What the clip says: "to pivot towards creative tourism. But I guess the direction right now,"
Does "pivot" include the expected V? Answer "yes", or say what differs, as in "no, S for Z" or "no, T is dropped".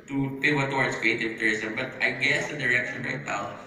no, W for V